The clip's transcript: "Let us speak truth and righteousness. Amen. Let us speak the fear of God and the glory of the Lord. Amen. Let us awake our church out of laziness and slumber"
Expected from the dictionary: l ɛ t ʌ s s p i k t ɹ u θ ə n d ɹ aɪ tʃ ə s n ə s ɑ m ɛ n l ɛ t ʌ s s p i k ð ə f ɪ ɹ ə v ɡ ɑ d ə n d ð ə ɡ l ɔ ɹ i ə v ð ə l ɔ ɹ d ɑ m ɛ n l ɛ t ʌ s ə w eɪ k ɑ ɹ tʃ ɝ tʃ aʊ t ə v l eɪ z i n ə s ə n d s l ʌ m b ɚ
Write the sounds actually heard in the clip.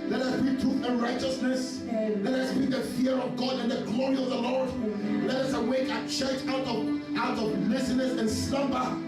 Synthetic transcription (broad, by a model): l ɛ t ʌ s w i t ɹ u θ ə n ɹ aɪ tʃ ə s n ə s l ɛ t ʌ s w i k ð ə f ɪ ɹ ə v ɡ ɑ d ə n ð ə ɡ l ɔ ɹ i ə v ð ə l ɔ ɹ d l ɛ t ʌ s ə w eɪ k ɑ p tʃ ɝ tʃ aʊ t ə v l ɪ s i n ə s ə n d s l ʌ m b ɚ